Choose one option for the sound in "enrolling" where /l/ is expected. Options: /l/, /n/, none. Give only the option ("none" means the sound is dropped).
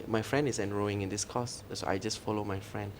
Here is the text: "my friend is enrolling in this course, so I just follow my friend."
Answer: none